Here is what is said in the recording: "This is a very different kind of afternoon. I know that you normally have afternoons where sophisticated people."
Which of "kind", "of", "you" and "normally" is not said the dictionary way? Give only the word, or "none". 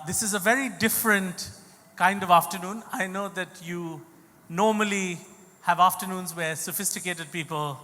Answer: none